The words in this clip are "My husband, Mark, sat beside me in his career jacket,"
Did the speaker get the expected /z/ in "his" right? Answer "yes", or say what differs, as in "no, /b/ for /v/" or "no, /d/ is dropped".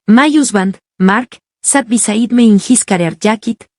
no, /s/ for /z/